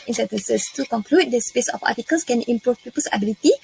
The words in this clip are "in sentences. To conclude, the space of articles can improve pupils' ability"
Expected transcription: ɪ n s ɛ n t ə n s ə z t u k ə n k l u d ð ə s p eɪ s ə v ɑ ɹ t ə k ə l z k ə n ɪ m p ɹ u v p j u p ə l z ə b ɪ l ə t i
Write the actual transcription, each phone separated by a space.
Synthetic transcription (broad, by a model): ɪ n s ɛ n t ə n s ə s t u k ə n k l u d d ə s p eɪ s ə f ɑ t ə k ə l s k ə n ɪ m p ɹ u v p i p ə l s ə b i l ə t i